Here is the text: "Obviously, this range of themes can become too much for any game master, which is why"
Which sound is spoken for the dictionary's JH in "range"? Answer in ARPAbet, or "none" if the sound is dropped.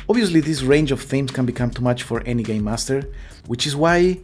JH